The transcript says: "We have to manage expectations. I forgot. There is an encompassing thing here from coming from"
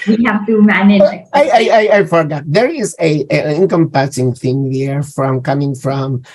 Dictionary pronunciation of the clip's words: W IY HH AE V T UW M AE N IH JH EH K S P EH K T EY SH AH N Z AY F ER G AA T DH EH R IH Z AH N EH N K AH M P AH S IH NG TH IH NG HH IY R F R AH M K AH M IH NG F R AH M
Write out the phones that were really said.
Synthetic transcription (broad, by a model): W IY HH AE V T UW M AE N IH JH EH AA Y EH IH AH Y AY F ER G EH T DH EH R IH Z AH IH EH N K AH M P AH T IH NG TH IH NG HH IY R F R AH M K AH M IH NG F R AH M